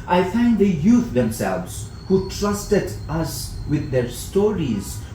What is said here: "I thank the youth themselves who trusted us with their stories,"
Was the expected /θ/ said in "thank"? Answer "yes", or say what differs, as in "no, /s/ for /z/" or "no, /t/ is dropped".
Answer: no, /f/ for /θ/